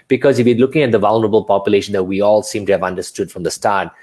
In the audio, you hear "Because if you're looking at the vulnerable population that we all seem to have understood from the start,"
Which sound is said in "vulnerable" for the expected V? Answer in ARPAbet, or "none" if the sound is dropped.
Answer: V